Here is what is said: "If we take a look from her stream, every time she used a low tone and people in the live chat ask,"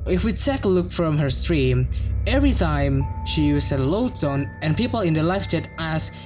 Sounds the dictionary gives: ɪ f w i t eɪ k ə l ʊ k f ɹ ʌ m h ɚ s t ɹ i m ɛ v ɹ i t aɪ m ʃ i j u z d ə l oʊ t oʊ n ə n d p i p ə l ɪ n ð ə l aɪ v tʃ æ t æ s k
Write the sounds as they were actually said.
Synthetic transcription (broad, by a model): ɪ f w i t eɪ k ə l ʊ k f ɹ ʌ m h ɚ s t ɹ i m ɛ v ɹ i t aɪ m ʃ i j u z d ə l oʊ s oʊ n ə n p i p ə l ɪ n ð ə l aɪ f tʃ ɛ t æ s